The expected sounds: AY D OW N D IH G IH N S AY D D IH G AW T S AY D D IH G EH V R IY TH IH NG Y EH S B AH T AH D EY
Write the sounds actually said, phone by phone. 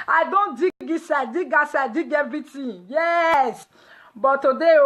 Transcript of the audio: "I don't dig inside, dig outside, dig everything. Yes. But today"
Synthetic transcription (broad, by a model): AY D OW N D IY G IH S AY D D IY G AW S AY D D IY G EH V R IY T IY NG Y EH S B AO T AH D EY